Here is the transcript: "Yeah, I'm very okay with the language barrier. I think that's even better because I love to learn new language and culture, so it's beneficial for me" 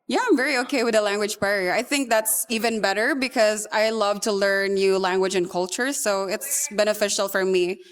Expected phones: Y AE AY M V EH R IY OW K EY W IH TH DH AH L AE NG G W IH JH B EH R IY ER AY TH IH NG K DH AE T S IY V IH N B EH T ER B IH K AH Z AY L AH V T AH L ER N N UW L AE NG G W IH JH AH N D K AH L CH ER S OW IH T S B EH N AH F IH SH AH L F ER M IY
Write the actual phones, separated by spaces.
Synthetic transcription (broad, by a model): Y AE AY M V EH R IY OW K EY W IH DH AH L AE NG G W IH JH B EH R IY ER AY TH IH NG K DH AE T S IY V IH N B EH T ER B IH K AH Z AY L AH V T AH L ER N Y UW L AE NG G W IH JH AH N K AH L CH ER S OW IH T S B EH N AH F IH SH L F ER M IY